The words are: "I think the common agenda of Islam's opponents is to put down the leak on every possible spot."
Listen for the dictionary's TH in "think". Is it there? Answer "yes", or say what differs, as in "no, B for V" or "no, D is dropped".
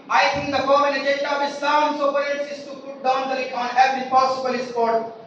no, T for TH